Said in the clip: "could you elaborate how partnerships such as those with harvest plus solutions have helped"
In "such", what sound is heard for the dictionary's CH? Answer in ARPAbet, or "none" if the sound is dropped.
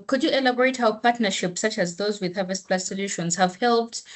CH